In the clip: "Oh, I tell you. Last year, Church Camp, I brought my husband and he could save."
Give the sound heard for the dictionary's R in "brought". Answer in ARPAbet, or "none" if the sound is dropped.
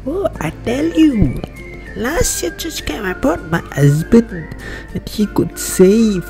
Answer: none